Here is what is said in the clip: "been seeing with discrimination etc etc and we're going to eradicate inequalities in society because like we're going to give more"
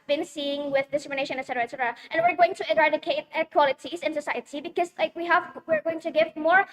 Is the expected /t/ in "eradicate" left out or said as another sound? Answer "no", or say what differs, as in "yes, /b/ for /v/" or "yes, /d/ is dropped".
yes, /t/ is dropped